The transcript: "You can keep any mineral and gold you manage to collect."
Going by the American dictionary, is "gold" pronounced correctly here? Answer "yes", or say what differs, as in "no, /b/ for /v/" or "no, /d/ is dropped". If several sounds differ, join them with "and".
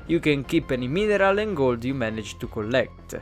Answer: yes